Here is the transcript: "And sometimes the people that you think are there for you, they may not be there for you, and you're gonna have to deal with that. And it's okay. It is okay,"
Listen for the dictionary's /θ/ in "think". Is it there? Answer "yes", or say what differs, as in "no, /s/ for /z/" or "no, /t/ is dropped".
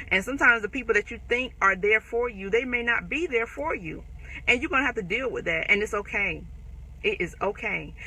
yes